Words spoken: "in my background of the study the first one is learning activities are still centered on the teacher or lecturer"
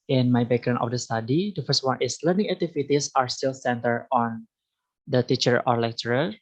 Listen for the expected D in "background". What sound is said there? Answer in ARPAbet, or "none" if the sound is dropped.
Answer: none